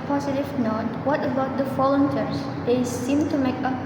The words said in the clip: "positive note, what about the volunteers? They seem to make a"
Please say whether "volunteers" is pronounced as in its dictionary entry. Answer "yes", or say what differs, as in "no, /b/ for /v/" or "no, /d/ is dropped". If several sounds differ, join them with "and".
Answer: no, /f/ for /v/